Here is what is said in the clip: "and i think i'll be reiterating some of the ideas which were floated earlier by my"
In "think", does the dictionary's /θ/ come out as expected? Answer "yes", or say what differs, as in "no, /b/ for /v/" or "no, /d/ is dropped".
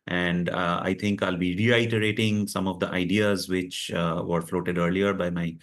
no, /t/ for /θ/